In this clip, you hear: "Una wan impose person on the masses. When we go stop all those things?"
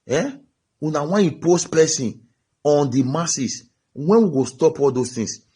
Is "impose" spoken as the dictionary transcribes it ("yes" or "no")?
no